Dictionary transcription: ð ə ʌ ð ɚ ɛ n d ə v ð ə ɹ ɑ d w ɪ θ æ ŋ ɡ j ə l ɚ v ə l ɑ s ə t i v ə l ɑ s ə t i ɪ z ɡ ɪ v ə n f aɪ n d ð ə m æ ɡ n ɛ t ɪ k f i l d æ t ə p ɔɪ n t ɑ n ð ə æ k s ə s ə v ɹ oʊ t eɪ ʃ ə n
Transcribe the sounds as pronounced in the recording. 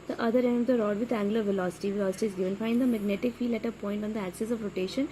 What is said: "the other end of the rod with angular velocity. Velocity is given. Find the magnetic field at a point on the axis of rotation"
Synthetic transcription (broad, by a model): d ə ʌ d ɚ ɛ n d ə v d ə ɹ ɑ d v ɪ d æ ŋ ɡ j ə l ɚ v ə l ɑ s ə t i v ə l ɑ s ə t i ɪ z ɡ ɪ v ə n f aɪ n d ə m æ ɡ n ɛ t ɪ k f i l æ t ə p ɔɪ n t ɑ n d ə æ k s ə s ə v ɹ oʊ t eɪ ʃ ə n